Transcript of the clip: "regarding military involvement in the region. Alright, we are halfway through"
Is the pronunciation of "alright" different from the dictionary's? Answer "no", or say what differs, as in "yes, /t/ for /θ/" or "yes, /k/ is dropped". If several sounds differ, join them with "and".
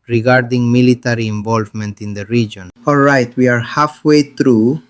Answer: no